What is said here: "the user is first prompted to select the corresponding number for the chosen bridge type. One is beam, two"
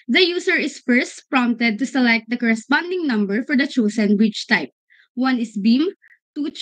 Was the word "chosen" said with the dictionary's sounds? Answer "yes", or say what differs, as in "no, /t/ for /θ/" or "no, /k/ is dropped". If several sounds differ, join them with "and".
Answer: no, /s/ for /z/